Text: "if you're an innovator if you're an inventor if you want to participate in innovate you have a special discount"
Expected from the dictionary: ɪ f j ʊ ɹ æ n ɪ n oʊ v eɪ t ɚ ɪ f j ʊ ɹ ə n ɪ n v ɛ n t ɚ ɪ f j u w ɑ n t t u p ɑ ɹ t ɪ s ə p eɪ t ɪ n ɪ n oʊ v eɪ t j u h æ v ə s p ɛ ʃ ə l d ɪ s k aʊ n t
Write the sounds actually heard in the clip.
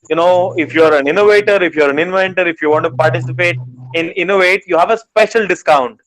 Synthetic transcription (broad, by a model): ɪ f j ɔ ɹ æ n ɪ n oʊ v eɪ t ɚ ɪ f j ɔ ɹ ə n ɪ n v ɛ n t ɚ ɪ f j u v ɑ n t t u p ɑ ɹ t ɪ s ə p eɪ t ɪ n ɪ n oʊ v eɪ t j u h æ v ə s p ɛ ʃ ə l d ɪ s k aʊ n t